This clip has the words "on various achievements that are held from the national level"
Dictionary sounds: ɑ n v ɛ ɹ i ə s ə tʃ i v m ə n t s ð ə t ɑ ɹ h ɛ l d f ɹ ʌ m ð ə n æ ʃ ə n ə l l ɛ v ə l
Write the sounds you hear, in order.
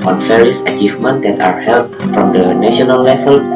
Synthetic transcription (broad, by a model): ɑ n f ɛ ɹ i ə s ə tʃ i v m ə n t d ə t ɑ ɹ h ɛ l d f ɹ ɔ m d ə n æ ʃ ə n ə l l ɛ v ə l